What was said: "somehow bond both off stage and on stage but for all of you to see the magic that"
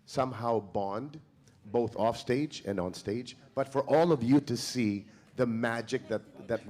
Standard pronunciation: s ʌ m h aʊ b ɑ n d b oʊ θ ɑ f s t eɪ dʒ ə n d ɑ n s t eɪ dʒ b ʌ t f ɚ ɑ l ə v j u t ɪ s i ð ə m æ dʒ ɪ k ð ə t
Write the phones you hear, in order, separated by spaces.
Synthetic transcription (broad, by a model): s ʌ m h aʊ b ɑ n d b oʊ θ ɑ f s t eɪ dʒ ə n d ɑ n s t eɪ dʒ b ʌ t f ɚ ɑ l ə v j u t ɪ s i ð ə m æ dʒ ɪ k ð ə t